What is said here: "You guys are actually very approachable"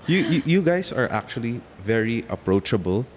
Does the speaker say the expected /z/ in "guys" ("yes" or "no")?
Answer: no